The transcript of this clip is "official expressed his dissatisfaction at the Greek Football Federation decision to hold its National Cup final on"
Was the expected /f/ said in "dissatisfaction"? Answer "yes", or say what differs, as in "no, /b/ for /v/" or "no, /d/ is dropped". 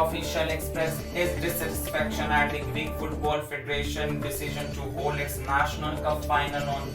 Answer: no, /p/ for /f/